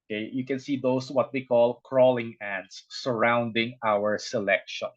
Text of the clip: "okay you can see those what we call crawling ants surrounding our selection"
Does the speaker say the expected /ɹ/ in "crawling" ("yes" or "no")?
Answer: yes